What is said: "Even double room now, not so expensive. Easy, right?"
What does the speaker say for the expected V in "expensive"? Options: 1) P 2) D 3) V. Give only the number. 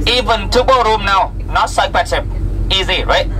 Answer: 1